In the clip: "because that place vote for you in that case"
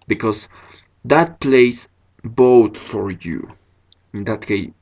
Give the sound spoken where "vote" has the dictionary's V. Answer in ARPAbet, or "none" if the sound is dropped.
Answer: B